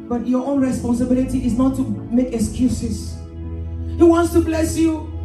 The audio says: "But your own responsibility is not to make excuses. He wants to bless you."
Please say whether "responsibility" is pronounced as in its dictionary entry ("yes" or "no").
yes